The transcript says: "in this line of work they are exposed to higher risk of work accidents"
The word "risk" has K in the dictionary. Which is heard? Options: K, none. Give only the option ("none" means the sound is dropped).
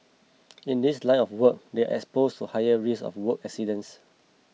none